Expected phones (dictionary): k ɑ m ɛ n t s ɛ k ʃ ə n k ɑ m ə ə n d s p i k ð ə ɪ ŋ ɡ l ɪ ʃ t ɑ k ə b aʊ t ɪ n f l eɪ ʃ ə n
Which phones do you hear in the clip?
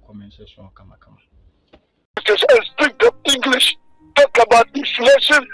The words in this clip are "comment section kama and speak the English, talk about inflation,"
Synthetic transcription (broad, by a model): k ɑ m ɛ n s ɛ ʃ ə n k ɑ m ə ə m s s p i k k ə ɪ ŋ ɡ l ɪ ʃ t ɑ k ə b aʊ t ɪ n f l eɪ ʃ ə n